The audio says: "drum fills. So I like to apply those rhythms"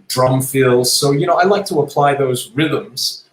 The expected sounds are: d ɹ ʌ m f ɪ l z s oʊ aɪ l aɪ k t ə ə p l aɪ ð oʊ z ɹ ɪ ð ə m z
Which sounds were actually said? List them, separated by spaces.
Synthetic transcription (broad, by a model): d ɹ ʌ m f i l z s oʊ aɪ l aɪ k t ə ə p l aɪ ð oʊ z ɹ ɪ ð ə m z